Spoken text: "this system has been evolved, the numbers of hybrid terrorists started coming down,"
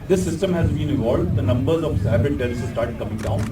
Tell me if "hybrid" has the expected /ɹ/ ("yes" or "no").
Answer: no